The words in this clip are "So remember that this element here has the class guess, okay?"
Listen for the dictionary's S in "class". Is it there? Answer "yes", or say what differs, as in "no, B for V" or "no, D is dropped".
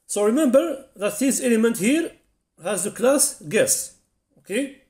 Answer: yes